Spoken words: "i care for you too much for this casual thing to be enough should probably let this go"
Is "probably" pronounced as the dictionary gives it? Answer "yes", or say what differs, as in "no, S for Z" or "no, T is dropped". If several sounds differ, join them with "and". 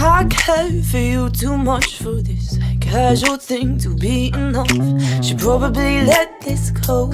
yes